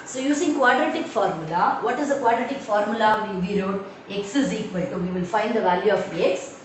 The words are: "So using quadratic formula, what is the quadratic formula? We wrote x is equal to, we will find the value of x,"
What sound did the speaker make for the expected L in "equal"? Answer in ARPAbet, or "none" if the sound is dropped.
N